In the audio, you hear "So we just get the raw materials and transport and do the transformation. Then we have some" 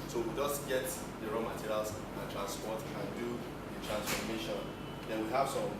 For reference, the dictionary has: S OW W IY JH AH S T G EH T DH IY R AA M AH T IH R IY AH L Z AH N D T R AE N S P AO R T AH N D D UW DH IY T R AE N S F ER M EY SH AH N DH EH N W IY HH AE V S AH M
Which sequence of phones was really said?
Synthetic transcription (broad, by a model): S OW W IY JH AH S T G EH T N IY R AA M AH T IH R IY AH L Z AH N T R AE N S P AO T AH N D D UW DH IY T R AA N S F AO M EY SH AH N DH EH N W IY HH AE P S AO